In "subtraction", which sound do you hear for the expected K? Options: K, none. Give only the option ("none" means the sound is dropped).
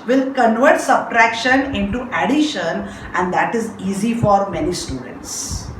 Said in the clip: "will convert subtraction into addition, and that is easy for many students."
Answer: K